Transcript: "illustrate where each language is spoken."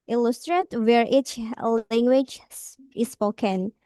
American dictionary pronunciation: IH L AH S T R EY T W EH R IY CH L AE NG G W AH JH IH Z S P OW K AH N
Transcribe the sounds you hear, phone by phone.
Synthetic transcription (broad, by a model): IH L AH S T R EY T W EH R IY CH L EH NG G W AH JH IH S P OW K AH N